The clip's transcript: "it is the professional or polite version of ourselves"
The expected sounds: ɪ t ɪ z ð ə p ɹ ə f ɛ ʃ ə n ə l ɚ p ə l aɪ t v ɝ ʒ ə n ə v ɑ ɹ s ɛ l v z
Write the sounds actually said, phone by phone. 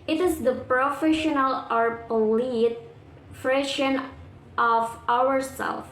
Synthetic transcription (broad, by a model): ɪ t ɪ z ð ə p ɹ ə f ɛ ʃ ə n ə l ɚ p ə l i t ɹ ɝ ʃ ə n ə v ɑ ɹ s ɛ l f